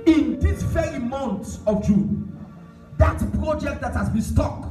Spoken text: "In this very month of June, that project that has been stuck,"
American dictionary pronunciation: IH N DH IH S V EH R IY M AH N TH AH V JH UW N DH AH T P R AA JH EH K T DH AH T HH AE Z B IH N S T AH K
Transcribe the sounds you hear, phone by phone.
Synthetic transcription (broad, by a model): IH N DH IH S F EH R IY M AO N S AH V JH UW N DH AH T P R AA JH EH K T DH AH T HH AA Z B IH N S T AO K